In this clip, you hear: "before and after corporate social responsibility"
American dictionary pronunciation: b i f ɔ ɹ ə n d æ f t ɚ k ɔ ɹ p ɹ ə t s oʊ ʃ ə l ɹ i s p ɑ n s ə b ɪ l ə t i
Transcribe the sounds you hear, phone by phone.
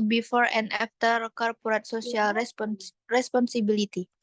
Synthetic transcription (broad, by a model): b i f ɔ ɹ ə n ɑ f t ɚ k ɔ ɹ p ɹ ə t s oʊ s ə l ɹ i s p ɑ n s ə b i l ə t i